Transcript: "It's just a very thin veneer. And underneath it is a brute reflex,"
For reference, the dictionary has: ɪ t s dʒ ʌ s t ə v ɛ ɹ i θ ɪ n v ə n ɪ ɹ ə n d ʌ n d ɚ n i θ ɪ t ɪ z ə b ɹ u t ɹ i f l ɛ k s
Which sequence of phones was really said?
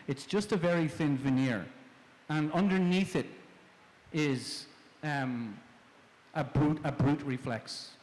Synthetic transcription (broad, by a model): ɪ t s dʒ ʌ s t ə v ɛ ɹ i θ ɪ n v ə n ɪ ɹ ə n ʌ n d ɚ n i θ ɪ t ɪ z ə b ɹ u t ɹ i f l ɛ k s